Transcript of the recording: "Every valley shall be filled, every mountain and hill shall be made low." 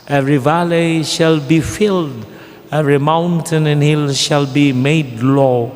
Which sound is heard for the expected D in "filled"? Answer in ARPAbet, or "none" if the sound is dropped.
D